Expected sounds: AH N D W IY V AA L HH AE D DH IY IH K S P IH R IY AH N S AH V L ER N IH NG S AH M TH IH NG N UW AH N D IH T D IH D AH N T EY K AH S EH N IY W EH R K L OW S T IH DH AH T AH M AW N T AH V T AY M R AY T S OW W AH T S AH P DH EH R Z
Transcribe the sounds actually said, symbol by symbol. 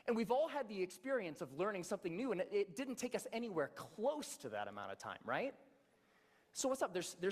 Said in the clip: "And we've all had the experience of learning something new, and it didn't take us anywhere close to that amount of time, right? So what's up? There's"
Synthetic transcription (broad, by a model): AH N W IY V AA L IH D DH IY IH K S P IH R IY AH N S AH V L ER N IH NG S AH M TH IH NG N UW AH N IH IH T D IH D N T EY K AH S EH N IY W EH R K L OW S T IH DH AH T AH M AW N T AH V T AY M R AY T S OW W AH T S AH P DH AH R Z